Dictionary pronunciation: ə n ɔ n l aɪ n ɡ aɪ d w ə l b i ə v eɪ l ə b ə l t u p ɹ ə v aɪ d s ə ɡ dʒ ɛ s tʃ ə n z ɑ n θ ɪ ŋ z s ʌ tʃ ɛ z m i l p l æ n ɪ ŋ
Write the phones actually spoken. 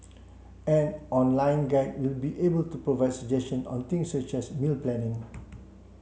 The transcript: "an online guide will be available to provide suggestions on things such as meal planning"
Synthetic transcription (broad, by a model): ə n ɔ n l aɪ n ɡ aɪ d w ə l b i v eɪ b ə l t u p ɹ ə v aɪ d s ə dʒ ɛ s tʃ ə n ɑ n t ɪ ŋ s ʌ tʃ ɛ s m i l p l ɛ n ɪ ŋ